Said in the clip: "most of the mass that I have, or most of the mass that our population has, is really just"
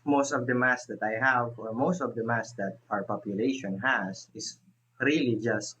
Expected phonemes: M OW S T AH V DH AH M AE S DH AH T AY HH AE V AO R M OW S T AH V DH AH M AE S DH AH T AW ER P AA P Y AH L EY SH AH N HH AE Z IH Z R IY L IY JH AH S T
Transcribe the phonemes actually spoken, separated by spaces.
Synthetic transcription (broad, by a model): M OW S T AH V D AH M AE S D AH T AY HH AE V AO R M OW S T AH V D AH M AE S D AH T AW ER P AA P Y AH L EY SH AH N HH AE S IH S R IY L IY JH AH S T